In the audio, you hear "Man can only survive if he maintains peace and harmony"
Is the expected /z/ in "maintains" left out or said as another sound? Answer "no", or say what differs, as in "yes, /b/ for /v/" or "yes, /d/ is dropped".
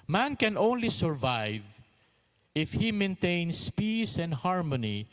yes, /s/ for /z/